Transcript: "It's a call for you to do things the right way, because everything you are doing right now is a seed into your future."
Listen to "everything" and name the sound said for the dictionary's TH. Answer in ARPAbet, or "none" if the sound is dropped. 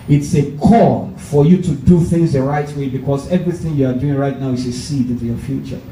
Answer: TH